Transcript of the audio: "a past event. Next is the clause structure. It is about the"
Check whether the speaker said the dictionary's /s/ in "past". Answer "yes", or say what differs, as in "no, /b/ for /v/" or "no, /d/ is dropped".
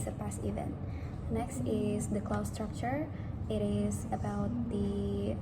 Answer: yes